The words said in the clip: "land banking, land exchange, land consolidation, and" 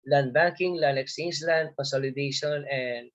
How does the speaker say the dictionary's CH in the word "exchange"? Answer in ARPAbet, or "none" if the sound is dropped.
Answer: none